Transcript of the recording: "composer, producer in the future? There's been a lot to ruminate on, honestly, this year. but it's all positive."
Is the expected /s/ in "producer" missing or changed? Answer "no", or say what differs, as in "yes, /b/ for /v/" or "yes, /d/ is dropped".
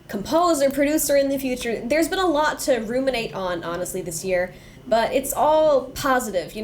no